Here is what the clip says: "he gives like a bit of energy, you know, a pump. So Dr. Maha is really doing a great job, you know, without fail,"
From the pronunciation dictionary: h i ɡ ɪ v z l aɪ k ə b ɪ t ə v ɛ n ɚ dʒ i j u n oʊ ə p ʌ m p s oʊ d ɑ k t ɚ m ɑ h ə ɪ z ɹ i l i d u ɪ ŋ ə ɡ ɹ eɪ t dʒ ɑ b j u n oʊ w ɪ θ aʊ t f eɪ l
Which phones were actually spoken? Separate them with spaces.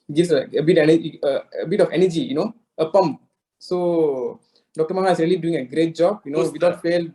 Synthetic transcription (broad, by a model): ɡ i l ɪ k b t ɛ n ə b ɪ t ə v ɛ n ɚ dʒ i j u n oʊ ə p ʌ m p s oʊ d ɑ k t ɚ m ɑ h ə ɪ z ɹ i l i d u ɪ ŋ ə ɡ ɹ eɪ t dʒ ɑ b j u n oʊ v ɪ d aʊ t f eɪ l